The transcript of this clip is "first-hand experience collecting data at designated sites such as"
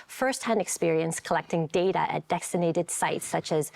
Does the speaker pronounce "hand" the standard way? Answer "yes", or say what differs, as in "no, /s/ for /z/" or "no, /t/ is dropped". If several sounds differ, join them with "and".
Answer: yes